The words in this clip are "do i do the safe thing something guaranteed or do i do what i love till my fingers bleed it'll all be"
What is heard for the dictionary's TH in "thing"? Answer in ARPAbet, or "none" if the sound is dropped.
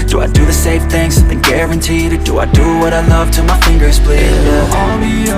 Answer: TH